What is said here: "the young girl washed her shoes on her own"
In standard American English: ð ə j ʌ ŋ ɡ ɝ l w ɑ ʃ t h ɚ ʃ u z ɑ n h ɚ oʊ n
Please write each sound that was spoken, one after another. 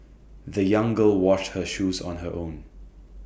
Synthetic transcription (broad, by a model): ð ə j ʌ ŋ ɡ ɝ l w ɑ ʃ t h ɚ ʃ u z ɑ n h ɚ oʊ n